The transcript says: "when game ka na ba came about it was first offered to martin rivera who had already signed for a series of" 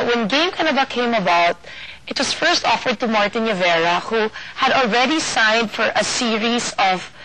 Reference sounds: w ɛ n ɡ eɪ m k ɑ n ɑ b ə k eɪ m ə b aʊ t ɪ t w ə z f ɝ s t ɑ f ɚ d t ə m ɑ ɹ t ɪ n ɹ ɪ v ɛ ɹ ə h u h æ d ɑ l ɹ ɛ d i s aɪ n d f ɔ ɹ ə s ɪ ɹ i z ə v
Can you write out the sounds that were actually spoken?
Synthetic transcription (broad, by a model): w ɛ n ɡ eɪ m k ɑ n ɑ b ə k eɪ m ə b aʊ t ɪ t w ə s f ɝ s t ɑ f ɚ d t ə m ɑ ɹ t ɪ n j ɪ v ɛ ɹ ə h u h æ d ɑ l ɹ ɛ d i s aɪ n d f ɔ ɹ ə s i ɹ i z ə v